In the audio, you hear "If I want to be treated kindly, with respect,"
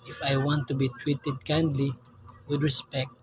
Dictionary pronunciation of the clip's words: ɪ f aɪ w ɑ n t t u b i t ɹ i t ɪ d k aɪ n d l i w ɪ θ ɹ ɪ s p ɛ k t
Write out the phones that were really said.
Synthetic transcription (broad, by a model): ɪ f aɪ w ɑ n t t u b i t w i t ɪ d k aɪ n d l i w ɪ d ɹ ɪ s p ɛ k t